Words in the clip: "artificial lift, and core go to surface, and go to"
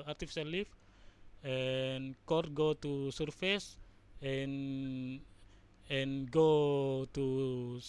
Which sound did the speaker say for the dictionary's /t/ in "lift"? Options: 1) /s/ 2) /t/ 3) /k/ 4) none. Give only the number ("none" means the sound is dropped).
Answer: 4